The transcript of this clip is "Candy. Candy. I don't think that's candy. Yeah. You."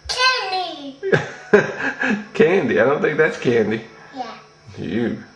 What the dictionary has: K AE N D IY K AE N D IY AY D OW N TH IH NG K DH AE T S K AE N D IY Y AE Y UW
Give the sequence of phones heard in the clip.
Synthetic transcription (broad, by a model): K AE N D IY K AE N D IY AY D OW N TH IH NG K DH AE T S K AE N D IY Y AE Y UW